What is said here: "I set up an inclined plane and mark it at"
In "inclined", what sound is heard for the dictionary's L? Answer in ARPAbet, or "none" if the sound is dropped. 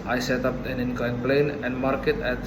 none